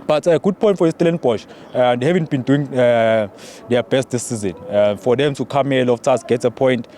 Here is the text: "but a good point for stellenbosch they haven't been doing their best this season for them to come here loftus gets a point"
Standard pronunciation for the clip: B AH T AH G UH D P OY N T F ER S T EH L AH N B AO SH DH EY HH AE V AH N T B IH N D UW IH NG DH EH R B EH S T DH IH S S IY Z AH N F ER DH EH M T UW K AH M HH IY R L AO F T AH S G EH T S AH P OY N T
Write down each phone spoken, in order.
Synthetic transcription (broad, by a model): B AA T AH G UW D P OY N T F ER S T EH L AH N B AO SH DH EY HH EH V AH N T B IH N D UW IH NG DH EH B EH S T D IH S S IY Z AH N F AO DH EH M T UW K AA M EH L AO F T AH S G EH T AH P OY N T